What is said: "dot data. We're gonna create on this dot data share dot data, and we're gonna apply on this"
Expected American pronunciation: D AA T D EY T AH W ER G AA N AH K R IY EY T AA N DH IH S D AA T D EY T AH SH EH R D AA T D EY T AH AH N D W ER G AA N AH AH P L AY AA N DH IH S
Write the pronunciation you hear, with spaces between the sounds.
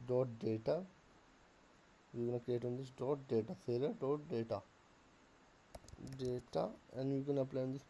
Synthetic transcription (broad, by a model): D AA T D EY T AH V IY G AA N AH K R IY EY T AA N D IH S D AA T D EY T AH S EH L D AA T D EY T AH AH N D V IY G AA N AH AH P L AY AA N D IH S